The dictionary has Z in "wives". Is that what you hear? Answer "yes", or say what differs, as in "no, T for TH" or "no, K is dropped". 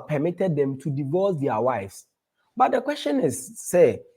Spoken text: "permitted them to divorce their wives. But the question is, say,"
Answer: no, S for Z